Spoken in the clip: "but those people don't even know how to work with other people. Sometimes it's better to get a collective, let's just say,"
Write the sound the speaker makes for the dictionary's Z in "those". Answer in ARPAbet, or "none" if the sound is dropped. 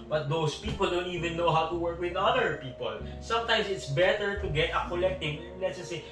S